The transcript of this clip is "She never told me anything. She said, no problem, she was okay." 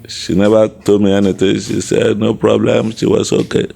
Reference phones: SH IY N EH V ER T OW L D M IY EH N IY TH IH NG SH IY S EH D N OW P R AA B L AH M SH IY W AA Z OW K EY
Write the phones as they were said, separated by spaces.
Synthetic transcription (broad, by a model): SH IY N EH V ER T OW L M IY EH N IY T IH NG SH IY S EH D N OW P R AA B L AH M SH IY W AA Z OW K EY